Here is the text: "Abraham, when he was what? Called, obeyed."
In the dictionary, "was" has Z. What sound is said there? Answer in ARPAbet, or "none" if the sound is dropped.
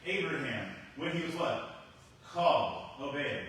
Z